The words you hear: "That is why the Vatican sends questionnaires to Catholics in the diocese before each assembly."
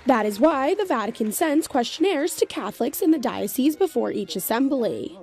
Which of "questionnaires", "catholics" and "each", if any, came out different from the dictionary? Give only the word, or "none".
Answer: none